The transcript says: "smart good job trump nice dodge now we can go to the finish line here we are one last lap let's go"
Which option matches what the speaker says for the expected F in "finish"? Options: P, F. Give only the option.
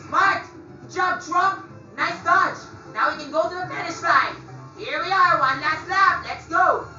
P